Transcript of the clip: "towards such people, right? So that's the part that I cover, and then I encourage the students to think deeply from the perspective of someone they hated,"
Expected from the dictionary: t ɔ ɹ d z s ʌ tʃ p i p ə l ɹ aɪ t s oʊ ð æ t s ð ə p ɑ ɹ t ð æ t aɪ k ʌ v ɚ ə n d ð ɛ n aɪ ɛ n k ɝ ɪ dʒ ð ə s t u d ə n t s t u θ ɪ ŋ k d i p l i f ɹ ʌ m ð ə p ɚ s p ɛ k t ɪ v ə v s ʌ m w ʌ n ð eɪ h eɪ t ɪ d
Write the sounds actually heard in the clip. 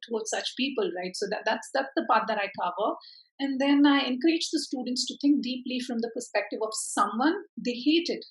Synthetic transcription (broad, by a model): t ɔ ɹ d s ʌ tʃ p i p ə l ɹ aɪ t s oʊ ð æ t s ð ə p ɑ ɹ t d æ t aɪ k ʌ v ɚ ə n d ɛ n aɪ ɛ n k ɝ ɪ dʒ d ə s t u d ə n t s t u t ɪ ŋ k d i p l i f ɹ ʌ m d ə p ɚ s p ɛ k t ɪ v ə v s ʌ m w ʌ n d eɪ h eɪ t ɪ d